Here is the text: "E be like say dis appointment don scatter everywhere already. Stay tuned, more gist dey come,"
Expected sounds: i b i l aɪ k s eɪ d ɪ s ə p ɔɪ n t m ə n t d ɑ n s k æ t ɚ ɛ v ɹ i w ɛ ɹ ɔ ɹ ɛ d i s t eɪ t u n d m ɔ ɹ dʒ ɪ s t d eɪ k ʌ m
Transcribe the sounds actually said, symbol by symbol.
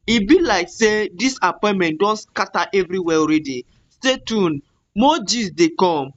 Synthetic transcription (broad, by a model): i b i l aɪ k s eɪ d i s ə p ɔɪ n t m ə n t d ɑ n s k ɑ t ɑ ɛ v ɹ i w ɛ ɔ ɹ ɛ d i s t eɪ t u n m ɔ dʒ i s d eɪ k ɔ m